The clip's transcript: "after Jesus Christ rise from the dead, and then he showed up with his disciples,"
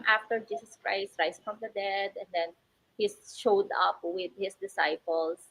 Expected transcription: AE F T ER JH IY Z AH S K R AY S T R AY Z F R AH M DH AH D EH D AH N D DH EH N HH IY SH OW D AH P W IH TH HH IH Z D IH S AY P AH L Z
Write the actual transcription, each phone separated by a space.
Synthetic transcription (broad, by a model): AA F T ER JH IY S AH S K R AY S T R AY S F R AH M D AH D EH D AH N D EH N HH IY SH OW D AH P W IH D HH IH S D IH S AY P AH L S